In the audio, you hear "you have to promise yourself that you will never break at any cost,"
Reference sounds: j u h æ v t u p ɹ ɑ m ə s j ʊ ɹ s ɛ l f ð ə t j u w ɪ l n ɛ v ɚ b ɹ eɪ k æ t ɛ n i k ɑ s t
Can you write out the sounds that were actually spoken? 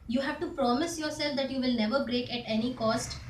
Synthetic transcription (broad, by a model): j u h æ v t u p ɹ ɑ m ə s j ʊ ɹ s ɛ l f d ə t j u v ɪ l n ɛ v ɚ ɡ ɹ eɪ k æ t ɛ n i k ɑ s t